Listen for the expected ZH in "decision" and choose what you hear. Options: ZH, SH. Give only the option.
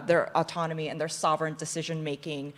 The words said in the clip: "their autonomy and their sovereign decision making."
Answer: ZH